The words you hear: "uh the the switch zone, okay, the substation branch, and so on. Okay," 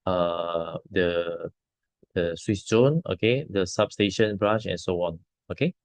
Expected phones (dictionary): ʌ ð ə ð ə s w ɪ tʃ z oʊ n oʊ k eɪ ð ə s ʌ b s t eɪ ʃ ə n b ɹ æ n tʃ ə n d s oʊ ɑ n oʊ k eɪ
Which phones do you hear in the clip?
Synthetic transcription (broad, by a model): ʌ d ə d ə s w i s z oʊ n oʊ k eɪ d ə s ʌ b s t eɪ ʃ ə n b ɹ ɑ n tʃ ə n s oʊ ɑ n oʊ k eɪ